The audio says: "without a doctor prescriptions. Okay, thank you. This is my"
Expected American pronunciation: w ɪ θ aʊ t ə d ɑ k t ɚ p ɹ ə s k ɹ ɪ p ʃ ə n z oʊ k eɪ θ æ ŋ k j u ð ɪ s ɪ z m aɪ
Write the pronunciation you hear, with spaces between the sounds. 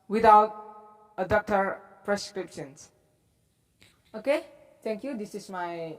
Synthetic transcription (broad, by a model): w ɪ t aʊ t ə d ɑ k t ɚ p ɹ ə s k ɹ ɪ p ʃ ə n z oʊ k eɪ t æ ŋ k j u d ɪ s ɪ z m aɪ